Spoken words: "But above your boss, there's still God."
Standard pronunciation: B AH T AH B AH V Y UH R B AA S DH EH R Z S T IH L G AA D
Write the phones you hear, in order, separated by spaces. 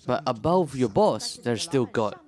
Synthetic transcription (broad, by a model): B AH T AH B AH V Y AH R B AA S DH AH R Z S T IH L G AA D